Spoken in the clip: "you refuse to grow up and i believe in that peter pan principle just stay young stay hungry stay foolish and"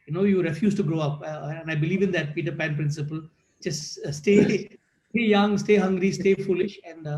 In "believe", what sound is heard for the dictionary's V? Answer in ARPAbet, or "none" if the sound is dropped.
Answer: V